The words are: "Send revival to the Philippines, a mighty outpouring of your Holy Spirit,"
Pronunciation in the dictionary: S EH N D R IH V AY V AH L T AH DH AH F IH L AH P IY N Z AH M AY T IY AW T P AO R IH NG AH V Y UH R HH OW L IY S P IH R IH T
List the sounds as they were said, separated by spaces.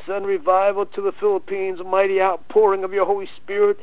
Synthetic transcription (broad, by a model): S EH N R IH V AY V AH L T AH DH AH F IH L AH P IY N Z M AY T IY AW T P AO R IH NG AH V Y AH R HH OW L IY S P IH R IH T